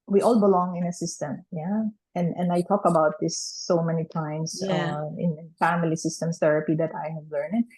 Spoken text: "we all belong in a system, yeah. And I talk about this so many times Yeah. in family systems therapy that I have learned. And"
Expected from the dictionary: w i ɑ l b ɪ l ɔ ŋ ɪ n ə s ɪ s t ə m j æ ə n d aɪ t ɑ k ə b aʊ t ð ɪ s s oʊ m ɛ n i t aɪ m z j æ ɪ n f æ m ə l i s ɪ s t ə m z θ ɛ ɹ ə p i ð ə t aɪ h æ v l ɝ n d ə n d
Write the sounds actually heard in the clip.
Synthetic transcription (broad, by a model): w i ɑ l b ɪ l ɔ ŋ ɪ n ə s ɪ s t ə m j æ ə n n aɪ t ɑ k ə b aʊ t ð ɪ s s oʊ m ɛ n i t aɪ m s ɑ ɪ ɪ n f æ m ə l i s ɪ s t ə m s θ ɛ ɹ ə p i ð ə t aɪ h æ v l ɝ n ə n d